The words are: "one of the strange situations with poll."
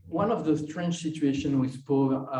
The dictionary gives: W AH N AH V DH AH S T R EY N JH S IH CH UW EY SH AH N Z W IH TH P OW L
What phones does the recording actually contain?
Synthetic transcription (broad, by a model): W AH N AH V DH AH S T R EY N CH S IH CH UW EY SH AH N W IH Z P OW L